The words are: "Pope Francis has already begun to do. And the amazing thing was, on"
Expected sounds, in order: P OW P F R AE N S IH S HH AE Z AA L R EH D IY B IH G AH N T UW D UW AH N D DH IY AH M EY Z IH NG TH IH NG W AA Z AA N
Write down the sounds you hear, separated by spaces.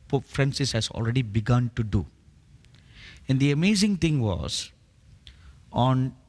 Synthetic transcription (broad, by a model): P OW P F R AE N S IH S HH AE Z AA L R EH D IY B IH G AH N T UW D UW AH N D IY AH M EY Z IH NG T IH NG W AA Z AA N